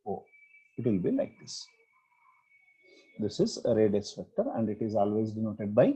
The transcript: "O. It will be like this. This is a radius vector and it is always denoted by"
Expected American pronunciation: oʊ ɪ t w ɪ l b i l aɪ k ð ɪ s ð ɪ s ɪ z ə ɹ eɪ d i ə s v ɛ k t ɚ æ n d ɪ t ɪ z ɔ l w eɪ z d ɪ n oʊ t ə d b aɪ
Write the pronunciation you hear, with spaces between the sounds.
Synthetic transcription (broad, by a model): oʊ ɪ t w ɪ l b i l aɪ k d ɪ s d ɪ s ɪ z ə ɹ eɪ d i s p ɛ k t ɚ æ n d ɪ t ɪ z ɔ l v eɪ z d ɪ n oʊ t ə d b aɪ